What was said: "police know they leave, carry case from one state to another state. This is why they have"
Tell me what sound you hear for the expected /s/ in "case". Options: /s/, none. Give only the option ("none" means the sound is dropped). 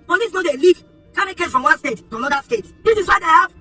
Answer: none